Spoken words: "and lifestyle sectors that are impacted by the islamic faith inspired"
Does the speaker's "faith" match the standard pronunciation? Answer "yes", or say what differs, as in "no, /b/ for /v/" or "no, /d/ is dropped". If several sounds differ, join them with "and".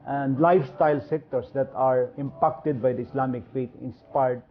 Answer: no, /t/ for /θ/